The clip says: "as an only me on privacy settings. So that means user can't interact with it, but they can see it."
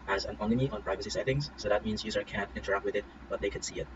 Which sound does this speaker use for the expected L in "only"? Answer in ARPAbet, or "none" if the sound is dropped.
none